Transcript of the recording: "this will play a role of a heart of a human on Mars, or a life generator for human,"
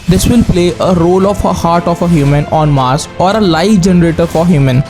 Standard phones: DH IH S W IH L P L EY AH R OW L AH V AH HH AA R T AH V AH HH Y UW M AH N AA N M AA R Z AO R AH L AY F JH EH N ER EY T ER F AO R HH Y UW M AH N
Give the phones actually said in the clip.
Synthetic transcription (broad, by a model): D IH S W IH L P L EY AH R OW L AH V AH HH AA R T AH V AH HH Y UW M AH N AA N M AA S AO R AH L AY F JH EH N ER EY T ER F AO R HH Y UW M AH N